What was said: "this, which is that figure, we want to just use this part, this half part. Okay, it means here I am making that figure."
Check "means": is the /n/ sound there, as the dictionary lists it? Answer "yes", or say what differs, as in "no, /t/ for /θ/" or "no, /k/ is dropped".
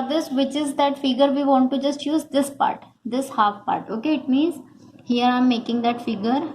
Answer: yes